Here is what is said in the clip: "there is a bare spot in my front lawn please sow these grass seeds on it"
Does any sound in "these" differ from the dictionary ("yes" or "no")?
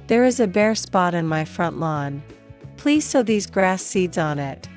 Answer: no